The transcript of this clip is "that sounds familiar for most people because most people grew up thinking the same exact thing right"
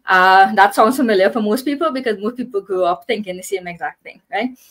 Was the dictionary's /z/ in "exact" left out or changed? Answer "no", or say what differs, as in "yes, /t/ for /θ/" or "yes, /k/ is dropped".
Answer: no